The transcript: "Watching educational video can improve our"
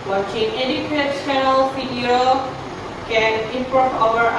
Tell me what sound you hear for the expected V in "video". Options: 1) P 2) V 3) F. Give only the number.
3